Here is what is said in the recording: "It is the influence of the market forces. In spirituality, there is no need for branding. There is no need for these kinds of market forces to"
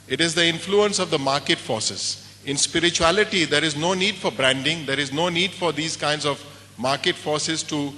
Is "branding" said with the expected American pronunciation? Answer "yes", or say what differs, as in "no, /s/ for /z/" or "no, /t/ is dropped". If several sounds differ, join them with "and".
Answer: yes